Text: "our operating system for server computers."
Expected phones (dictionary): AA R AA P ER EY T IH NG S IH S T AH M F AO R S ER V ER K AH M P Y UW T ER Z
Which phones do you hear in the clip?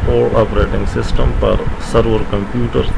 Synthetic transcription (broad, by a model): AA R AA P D EY T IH NG S IH S T AH M P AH R S ER V ER K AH M P Y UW T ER